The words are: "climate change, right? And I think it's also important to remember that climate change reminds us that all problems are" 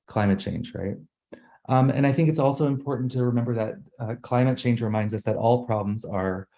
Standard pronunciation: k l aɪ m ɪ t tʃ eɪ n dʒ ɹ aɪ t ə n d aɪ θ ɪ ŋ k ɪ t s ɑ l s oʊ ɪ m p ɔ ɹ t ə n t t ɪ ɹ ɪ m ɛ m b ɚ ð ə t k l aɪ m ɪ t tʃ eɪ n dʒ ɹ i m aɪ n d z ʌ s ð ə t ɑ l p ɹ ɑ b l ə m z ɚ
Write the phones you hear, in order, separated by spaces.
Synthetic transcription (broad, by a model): k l aɪ m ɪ t tʃ eɪ n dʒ ɹ aɪ t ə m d aɪ θ ɪ ŋ k ɪ t s ɑ l s oʊ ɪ m p ɔ ɹ t n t t ɪ ɹ ɪ m ɛ m b ɚ ð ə t k l aɪ m ɪ t tʃ eɪ n dʒ ɹ i m aɪ n d z ʌ s ð ə t ɑ l p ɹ ɑ b l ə m z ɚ